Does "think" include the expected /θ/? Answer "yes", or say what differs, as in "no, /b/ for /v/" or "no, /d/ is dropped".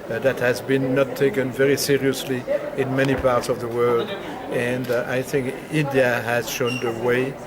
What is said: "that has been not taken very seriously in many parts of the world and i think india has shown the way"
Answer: yes